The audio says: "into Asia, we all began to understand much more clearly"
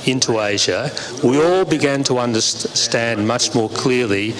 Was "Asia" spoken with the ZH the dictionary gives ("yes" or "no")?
yes